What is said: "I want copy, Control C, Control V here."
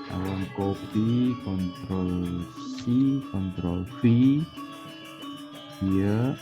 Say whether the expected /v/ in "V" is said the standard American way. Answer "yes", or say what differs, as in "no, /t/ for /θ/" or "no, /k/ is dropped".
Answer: no, /p/ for /v/